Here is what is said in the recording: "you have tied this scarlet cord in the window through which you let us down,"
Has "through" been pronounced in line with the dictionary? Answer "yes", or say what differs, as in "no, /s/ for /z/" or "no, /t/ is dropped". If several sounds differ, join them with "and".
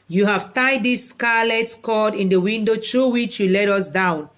no, /t/ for /θ/